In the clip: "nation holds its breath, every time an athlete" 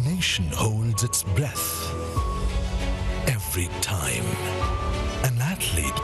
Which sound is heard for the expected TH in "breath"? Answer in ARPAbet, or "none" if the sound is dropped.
TH